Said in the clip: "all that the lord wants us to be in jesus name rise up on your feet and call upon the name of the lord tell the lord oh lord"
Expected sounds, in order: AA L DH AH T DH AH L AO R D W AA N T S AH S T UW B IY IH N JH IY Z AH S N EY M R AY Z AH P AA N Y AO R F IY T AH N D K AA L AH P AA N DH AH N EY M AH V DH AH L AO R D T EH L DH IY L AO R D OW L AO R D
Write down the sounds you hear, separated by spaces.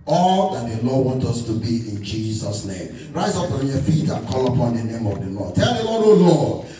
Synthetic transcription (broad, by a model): AA L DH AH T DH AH L AO D W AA N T AH S T UW B IY IH N JH IY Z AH S N EY M R AY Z AH P AA N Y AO F IY T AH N K AA L AH P AA N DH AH N EY M AH V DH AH L AO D T EH L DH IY W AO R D OW L AO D